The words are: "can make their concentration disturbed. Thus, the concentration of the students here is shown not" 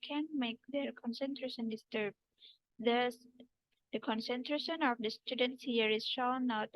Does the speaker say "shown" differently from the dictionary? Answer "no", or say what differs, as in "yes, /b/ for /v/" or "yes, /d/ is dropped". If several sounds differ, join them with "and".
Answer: yes, /l/ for /n/